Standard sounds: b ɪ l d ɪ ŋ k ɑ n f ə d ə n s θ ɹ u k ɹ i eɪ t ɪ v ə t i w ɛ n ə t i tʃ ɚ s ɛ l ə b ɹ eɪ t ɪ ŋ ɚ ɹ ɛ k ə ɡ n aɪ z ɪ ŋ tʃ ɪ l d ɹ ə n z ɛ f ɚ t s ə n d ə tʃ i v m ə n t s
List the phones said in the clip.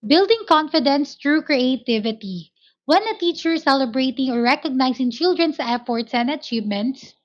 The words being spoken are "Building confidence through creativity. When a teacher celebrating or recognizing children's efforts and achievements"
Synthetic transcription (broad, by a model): b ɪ l d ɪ ŋ k ɑ n f ə d ə n s t ɹ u k ɹ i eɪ t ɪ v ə t i w ɛ n ə t i tʃ ɚ s ɛ l ə b ɹ eɪ t ɪ ŋ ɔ ɹ ɛ k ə ɡ n aɪ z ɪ ŋ tʃ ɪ l d ɹ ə n s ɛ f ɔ t s ə n d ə tʃ i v m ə n t s